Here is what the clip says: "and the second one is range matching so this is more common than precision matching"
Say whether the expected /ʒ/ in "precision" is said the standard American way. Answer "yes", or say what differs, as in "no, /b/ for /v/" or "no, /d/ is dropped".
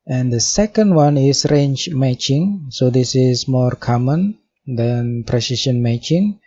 no, /ʃ/ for /ʒ/